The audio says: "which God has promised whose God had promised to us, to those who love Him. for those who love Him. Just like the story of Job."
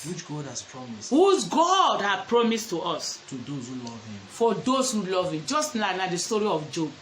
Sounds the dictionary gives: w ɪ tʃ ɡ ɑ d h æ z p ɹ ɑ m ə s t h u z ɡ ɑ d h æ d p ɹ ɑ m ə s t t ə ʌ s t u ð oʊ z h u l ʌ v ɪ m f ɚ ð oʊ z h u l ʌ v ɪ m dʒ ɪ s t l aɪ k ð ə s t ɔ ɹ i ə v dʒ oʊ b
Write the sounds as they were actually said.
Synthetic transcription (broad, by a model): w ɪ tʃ ɡ ɑ d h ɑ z p ɹ ɑ m ə s t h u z ɡ ɑ d h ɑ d p ɹ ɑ m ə s t t ə s t u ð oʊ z h u l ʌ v ɪ m f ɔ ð oʊ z h u l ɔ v ɪ m dʒ ɪ s t n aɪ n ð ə s t ɔ ɹ i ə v dʒ oʊ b